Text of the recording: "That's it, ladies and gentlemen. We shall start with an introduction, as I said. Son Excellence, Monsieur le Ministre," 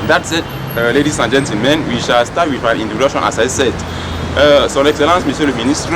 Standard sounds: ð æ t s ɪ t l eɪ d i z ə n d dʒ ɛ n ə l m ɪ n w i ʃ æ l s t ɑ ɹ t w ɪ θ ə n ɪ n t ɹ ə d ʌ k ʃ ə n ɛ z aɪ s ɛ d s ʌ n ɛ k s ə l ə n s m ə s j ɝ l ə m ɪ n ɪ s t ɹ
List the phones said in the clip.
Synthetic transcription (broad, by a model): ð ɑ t s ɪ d l eɪ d i s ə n dʒ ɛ n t m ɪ n w i ʃ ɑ l s t ɑ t w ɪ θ ə n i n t ə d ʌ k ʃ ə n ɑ s aɪ s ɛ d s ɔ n ɛ k s ə l ə n s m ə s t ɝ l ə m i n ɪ s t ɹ